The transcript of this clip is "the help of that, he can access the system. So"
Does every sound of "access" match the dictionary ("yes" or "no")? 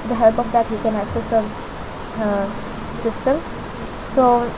yes